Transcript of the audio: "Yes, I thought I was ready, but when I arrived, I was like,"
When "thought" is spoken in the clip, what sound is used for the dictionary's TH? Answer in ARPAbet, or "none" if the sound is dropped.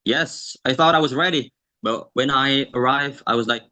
TH